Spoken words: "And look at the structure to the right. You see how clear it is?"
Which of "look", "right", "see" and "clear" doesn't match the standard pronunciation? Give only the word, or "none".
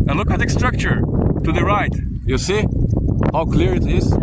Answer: none